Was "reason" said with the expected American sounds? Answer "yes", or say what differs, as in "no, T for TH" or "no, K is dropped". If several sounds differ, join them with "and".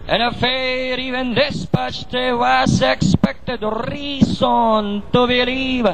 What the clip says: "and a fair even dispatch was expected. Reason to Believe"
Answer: no, S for Z